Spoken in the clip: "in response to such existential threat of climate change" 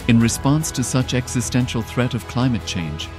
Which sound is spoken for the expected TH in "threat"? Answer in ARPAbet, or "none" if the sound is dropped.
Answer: TH